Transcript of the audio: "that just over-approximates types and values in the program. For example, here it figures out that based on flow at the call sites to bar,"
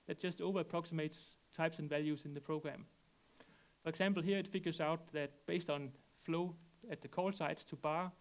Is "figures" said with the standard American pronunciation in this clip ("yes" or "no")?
no